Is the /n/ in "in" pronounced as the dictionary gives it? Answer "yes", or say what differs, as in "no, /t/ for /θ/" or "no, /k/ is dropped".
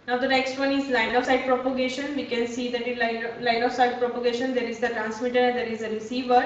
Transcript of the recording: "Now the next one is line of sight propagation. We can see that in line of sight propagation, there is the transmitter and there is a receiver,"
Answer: no, /l/ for /n/